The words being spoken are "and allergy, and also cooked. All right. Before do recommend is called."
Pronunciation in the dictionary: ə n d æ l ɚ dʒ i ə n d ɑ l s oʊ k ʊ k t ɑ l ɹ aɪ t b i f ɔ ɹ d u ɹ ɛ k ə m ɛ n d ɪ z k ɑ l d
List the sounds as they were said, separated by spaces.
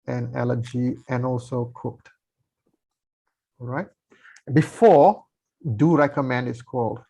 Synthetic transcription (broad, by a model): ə n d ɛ l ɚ dʒ i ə n ɑ l s oʊ k ʊ k t ɑ l ɹ aɪ t b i f ɔ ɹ d u ɹ ɛ k ə m ɛ n d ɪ s k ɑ l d